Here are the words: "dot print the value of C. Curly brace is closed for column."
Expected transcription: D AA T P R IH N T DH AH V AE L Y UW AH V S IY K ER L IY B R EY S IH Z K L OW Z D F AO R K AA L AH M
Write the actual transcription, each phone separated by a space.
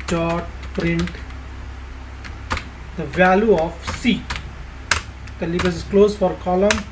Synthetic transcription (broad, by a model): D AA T P R IH N T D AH V AE L Y UW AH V S IY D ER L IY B EY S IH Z K L OW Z F AO R K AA L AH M